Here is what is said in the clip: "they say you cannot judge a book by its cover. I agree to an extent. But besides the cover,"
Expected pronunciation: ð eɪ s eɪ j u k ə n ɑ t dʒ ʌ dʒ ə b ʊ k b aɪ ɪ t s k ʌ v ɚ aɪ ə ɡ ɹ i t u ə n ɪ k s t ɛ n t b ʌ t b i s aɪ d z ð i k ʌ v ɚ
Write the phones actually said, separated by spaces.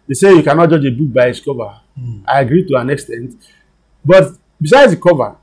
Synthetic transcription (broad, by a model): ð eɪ s eɪ j u k ə n ɑ t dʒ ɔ dʒ ə b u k b aɪ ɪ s k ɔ v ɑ aɪ ə ɡ ɹ i t u ə n ɪ k s t ɛ n t b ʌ t b i s aɪ d z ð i k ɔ v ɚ